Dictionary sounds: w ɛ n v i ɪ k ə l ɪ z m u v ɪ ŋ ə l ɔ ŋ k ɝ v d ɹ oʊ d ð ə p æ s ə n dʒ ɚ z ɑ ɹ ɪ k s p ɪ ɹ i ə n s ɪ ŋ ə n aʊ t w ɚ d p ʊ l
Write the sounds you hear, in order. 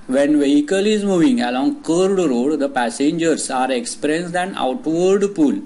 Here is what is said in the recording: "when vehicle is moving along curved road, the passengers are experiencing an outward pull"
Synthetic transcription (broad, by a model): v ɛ n v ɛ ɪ k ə l ɪ z m u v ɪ ŋ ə l ɔ ŋ k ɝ d ɹ oʊ d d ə p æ s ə n dʒ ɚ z ɑ ɹ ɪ k s p ɹ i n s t ə n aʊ t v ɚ d p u l